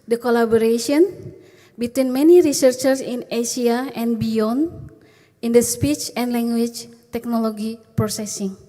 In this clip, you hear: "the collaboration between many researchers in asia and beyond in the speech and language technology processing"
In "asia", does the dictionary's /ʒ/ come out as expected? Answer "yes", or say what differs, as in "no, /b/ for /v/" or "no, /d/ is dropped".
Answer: no, /s/ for /ʒ/